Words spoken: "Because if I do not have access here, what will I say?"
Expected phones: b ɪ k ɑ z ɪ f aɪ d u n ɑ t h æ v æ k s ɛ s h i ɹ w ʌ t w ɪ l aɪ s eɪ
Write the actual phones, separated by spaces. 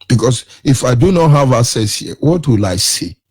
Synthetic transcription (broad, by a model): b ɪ k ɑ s ɪ f aɪ d u n ɑ t h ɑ v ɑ s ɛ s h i w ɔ t w ɪ l aɪ s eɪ